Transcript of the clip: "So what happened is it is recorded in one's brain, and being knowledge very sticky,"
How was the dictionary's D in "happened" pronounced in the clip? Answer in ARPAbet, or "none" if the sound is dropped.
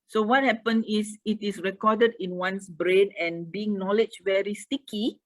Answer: none